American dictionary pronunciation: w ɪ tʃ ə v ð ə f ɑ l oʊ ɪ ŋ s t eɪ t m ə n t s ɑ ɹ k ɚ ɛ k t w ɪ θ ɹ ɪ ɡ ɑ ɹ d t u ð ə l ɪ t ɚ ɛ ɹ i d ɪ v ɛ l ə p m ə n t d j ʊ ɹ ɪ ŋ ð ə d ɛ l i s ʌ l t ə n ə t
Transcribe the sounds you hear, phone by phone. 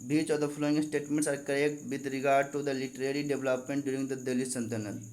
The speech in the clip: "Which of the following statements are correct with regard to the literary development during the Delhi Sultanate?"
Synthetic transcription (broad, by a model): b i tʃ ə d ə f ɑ l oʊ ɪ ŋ s t eɪ t m ə n t s ɑ ɹ k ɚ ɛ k t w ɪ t ɹ ɪ ɡ ɑ ɹ d t u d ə l ɪ t ɚ ɛ ɹ i d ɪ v l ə p m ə n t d j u ɹ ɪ ŋ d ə d ɛ l i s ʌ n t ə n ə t